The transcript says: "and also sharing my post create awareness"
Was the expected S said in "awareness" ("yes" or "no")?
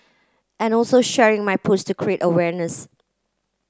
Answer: yes